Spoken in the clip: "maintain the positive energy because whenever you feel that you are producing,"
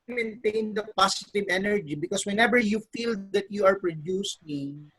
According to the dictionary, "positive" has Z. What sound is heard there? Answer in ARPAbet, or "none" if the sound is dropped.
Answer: S